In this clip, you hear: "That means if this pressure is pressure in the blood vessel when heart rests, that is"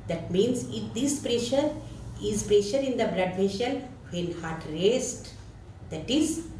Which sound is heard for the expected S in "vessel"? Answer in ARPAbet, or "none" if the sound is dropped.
SH